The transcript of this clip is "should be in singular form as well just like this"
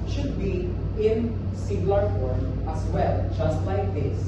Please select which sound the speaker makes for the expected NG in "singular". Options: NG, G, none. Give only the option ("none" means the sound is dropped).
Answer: none